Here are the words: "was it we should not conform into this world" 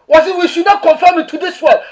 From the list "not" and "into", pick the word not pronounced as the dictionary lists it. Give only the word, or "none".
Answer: into